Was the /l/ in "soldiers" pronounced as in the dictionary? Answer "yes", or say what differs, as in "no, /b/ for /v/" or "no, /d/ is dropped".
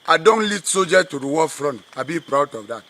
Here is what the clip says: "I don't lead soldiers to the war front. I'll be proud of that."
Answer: no, /l/ is dropped